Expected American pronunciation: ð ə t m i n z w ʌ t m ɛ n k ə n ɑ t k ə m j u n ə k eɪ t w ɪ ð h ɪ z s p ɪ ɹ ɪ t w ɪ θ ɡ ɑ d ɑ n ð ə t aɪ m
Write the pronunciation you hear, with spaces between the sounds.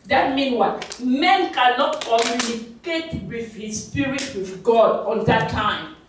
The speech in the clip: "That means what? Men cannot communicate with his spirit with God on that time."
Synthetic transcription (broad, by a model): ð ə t m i n w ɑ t m ɛ n k ə n ɑ t k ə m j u n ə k eɪ t w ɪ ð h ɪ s p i ɹ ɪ t w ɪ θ ɡ ɑ d ɑ n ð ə t aɪ m